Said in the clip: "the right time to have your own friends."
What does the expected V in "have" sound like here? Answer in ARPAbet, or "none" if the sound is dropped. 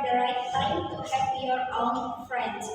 P